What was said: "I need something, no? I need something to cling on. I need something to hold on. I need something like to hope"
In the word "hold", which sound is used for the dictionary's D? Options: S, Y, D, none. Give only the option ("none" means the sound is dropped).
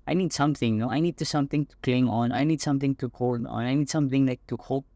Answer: none